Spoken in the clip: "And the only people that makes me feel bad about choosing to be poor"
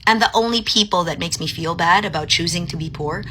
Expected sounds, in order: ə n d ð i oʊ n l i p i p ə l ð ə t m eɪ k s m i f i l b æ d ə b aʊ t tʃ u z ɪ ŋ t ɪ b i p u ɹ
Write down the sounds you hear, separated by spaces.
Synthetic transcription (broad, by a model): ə n ð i oʊ n l i p i p l ð ə t m eɪ k s m i f i l b æ d ə b aʊ t tʃ u z ɪ ŋ t ɪ b i p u ɹ